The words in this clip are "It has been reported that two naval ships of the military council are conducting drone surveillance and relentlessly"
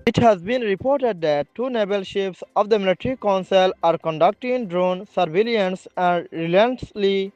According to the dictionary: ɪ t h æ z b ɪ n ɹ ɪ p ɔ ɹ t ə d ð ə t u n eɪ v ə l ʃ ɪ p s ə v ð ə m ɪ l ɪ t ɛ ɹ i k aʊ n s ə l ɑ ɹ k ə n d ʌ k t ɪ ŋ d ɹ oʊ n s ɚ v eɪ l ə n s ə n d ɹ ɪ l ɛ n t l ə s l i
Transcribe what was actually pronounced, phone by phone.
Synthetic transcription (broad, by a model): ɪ t h æ z b ɪ n ɹ ɪ p ɔ ɹ t ə d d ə t u n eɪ b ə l ʃ ɪ p s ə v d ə m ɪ l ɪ t ɹ i k aʊ n s ə l ɑ ɹ k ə n d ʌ k t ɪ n d ɹ oʊ n s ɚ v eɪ l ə n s ə n d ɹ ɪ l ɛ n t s l i